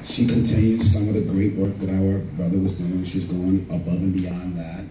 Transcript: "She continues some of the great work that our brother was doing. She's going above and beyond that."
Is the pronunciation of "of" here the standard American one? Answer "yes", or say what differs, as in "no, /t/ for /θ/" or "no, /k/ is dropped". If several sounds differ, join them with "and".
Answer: yes